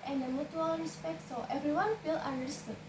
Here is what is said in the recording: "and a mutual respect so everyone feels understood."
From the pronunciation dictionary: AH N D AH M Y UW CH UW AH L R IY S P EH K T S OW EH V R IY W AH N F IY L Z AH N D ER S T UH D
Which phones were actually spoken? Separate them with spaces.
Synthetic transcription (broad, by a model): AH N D AH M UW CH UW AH L R IY S P EH K T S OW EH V R IY W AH N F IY L AH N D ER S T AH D